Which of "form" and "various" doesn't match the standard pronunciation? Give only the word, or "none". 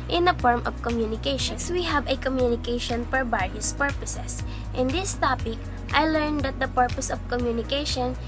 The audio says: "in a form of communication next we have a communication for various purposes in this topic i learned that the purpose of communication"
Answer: various